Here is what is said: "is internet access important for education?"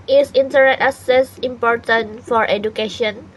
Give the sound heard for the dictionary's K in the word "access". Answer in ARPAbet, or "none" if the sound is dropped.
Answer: none